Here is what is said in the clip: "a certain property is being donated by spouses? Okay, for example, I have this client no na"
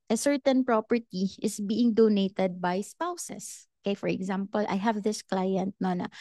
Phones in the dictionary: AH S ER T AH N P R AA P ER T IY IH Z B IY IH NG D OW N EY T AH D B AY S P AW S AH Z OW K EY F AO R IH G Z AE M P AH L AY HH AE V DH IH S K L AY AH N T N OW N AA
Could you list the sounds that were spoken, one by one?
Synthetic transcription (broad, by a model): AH S ER T AH N P R AA P ER T IY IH S B IY IH NG D OW N EY T AH D B AY S P AW S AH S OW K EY F AO R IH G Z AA M P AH L AY HH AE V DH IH S K L AY AH N T N OW N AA